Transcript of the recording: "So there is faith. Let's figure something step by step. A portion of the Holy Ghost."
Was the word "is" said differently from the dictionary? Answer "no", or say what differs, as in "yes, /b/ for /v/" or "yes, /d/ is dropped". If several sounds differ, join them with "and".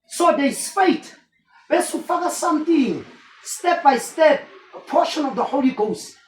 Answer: yes, /s/ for /z/